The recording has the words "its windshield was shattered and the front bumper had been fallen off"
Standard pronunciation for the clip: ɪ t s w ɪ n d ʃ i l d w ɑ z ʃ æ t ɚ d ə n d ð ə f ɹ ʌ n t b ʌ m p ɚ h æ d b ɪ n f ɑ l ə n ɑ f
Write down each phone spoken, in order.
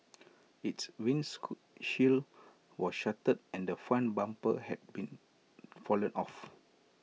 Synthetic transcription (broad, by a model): ɪ t s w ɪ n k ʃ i l w ɑ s ʃ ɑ t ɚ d ə n d ə f ɑ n b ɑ m p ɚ h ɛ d b ɪ n f ɑ l ə n ɑ f